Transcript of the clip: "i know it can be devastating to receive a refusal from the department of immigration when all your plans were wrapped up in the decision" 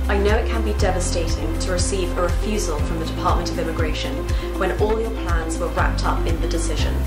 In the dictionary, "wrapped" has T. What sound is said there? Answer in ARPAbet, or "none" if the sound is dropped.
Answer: T